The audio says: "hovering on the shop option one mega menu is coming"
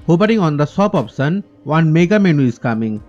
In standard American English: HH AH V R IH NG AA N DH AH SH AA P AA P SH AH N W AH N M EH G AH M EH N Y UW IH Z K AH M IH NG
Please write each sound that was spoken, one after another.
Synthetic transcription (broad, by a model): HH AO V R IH NG AA N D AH S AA P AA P S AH N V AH N M EH G AH M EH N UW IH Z K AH M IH NG